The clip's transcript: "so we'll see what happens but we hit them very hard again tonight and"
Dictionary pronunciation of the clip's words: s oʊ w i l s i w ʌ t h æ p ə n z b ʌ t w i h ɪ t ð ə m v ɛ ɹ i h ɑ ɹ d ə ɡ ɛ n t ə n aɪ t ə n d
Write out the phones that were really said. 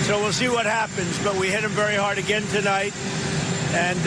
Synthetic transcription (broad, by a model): s oʊ w i l s i w ʌ t h æ p ə n z b ʌ t w i h ɪ t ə m v ɛ ɹ i h ɑ ɹ d ə ɡ ɛ n t ə n aɪ t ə n